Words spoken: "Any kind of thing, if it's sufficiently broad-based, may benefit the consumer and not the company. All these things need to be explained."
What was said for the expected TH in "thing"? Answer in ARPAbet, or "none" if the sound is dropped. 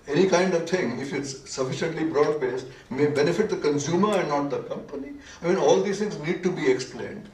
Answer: T